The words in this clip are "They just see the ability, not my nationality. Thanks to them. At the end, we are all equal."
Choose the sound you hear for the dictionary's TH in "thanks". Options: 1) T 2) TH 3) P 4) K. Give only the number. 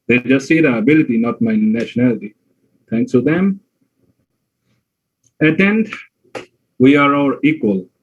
1